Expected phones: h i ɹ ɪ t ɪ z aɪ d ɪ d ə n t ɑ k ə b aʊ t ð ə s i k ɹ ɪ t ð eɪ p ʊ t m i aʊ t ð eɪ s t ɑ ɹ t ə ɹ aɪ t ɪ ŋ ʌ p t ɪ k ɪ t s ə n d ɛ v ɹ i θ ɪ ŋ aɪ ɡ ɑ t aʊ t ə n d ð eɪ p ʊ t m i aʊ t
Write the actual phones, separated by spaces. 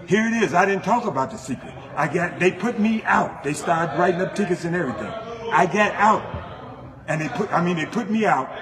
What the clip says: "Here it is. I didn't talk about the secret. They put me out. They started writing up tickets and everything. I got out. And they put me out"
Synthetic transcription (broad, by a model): h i ɹ ɪ t ɪ z aɪ d ɪ d n t ɑ k ə b aʊ t ð ə s i k ɹ ɪ t ð eɪ p ʊ t m i aʊ t ð eɪ s t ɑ ɹ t ɹ aɪ t ɪ ŋ ʌ p t ɪ k ɪ t s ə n ɛ v ɹ i θ ɪ ŋ aɪ ɡ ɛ t aʊ t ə n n ð eɪ p ʊ t m i aʊ t